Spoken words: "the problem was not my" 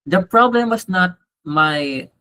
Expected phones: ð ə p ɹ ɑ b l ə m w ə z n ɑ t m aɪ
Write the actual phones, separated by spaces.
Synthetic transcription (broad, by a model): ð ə p ɹ ɑ b l ə m w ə s n ɑ t m aɪ